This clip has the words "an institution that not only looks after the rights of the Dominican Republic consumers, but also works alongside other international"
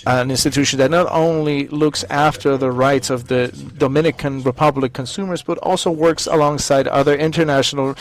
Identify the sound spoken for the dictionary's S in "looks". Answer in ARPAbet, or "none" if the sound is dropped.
S